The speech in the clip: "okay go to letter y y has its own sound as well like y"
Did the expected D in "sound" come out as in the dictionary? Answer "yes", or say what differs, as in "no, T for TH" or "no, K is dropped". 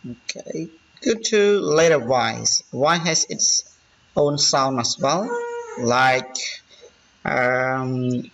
no, D is dropped